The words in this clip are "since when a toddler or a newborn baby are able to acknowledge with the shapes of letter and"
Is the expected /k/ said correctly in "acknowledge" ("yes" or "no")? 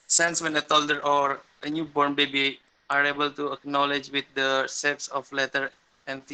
yes